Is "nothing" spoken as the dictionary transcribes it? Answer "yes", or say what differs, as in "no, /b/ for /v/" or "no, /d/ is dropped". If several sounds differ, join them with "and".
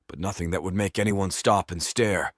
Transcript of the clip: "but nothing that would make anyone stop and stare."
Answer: yes